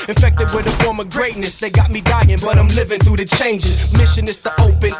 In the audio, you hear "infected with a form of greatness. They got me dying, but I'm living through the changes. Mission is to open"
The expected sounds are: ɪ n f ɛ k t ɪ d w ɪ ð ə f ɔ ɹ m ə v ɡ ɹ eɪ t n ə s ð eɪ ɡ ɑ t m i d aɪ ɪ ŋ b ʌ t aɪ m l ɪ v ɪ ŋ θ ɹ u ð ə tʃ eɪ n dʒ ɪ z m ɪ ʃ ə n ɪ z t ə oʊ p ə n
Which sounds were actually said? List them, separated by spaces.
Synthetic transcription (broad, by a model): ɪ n f ɛ k t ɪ d w ɪ ð ə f ɔ ɹ m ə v ɡ ɹ eɪ t n ə s ð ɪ ɡ ɑ t m i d aɪ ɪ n b ʌ t aɪ m l ɪ v ɪ ŋ θ ɹ u ð ə tʃ eɪ n dʒ ɪ z m ɪ ʃ ə n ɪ s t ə oʊ p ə n